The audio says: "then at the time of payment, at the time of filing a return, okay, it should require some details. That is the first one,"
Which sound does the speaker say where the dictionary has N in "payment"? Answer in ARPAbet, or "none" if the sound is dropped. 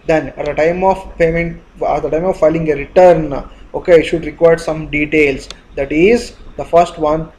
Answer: N